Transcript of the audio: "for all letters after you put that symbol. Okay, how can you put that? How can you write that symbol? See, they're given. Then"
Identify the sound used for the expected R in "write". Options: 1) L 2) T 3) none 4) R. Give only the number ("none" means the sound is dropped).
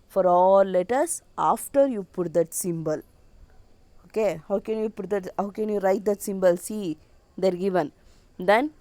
4